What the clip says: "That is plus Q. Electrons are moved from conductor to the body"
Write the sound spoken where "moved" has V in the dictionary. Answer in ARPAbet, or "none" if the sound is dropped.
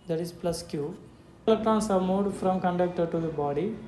none